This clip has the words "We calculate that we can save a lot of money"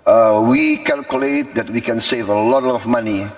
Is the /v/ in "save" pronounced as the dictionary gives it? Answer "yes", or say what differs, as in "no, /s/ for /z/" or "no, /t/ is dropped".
yes